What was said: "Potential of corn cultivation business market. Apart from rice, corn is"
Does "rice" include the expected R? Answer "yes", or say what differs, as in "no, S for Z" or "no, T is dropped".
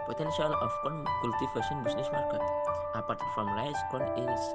no, L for R